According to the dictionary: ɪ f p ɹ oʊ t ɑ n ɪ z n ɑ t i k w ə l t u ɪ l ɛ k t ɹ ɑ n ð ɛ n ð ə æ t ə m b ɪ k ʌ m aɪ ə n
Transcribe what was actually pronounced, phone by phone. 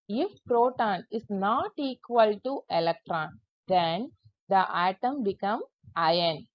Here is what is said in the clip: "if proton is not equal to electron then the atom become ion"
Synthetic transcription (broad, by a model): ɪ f p ɹ oʊ t ɑ n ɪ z n ɑ t i k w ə l t u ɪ l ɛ k t ɹ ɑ n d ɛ n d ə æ t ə m b ɪ k ʌ m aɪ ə n